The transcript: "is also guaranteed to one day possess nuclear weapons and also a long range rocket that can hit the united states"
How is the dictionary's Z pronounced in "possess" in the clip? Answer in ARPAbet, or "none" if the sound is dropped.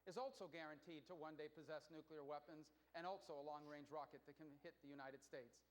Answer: Z